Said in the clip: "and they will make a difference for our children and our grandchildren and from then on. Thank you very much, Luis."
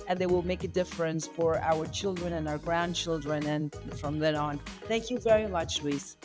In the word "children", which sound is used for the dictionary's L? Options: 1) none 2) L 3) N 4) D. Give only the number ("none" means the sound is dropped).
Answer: 2